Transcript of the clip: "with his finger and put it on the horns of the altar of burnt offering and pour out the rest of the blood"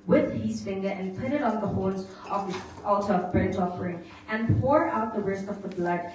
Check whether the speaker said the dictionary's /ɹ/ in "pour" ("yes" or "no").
yes